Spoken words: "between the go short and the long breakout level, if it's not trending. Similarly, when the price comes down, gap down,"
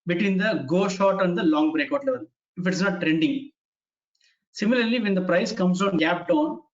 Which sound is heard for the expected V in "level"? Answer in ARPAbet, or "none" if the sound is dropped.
V